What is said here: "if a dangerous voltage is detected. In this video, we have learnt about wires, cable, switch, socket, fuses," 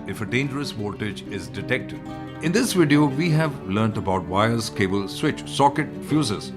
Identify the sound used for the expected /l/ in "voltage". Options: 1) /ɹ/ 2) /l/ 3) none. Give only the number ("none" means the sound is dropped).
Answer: 3